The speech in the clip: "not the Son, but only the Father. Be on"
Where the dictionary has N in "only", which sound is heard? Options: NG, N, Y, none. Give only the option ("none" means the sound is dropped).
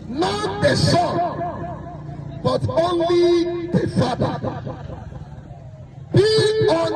N